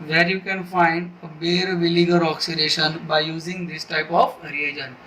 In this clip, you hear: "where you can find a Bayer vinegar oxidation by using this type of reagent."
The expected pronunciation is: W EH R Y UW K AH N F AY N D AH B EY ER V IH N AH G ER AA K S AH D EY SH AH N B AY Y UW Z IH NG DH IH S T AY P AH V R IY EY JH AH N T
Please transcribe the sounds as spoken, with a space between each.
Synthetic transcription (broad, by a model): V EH R Y UW K AH N F AY N D AH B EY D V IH L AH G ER AA K S AH D EY SH AH N B AY Y UW Z IH NG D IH S T AY P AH F R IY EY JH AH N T